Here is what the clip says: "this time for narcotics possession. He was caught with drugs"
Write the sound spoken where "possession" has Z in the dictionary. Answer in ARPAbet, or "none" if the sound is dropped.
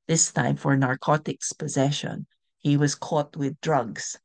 Z